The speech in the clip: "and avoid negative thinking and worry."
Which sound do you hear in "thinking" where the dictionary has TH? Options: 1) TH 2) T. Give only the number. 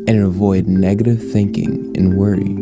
1